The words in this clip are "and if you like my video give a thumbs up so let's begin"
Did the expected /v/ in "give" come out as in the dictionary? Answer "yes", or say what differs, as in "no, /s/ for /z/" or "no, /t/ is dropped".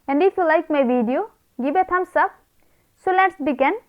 no, /b/ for /v/